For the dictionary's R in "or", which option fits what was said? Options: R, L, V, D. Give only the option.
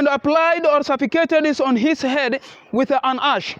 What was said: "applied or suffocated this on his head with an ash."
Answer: R